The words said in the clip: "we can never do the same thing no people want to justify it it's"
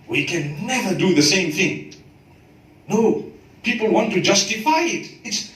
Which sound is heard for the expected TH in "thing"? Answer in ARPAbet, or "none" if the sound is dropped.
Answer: TH